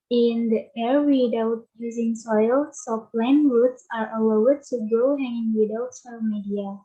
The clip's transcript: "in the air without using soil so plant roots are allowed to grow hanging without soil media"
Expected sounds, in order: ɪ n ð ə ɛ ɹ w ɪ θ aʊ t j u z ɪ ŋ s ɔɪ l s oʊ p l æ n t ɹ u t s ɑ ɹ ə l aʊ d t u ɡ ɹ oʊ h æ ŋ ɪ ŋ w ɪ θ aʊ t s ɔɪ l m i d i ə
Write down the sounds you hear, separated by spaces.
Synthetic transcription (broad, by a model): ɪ n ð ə ɛ ɹ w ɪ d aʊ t j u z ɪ ŋ s ɔɪ l s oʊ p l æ n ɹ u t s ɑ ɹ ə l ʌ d t u ɡ oʊ h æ ŋ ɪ ŋ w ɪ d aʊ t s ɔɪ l m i d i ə